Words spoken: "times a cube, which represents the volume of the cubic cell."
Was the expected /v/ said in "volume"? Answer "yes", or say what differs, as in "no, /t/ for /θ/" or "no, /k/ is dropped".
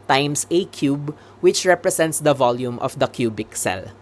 yes